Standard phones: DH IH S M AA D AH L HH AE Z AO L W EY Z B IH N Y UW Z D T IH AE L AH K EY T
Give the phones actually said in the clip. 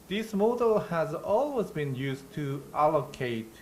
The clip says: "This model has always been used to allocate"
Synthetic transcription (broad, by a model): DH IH S M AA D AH L HH AE Z AO L W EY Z B IH N Y UW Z T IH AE L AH K EY T